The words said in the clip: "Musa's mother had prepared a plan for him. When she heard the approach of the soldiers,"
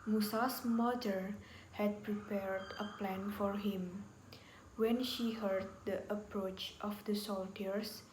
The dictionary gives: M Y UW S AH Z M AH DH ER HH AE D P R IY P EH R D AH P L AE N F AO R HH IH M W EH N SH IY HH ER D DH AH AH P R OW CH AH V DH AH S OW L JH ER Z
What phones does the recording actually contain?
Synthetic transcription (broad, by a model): M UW S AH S M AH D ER HH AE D P R IY P EH R D AH P L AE N F AO R HH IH M W EH N SH IY HH ER D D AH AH P R OW CH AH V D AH S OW L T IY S